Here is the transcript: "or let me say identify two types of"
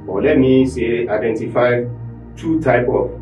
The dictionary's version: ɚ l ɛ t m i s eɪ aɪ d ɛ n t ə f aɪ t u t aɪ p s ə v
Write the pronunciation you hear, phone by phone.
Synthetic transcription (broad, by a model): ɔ l ɛ t m i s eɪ aɪ d ɛ n t ə f aɪ t u t aɪ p ə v